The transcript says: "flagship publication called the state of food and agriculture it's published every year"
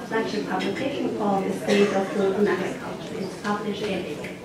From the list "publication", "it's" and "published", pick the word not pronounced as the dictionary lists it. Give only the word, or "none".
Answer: published